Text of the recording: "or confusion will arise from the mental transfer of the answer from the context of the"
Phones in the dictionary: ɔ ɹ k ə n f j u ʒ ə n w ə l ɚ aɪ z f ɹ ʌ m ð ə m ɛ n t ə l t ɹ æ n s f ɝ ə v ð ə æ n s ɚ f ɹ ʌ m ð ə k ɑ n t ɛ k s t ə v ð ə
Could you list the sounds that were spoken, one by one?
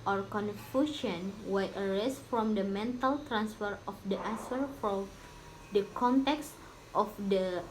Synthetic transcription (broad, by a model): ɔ ɹ k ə n f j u ʃ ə n w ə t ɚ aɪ s f ɹ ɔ m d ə m ɛ n t ə l t ɹ æ n s f ɝ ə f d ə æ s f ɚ f ɹ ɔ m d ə k ɑ n t ɛ k s t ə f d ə